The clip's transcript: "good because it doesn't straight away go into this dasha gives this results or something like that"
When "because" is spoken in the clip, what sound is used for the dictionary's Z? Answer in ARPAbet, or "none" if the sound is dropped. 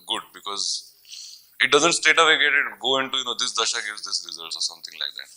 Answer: Z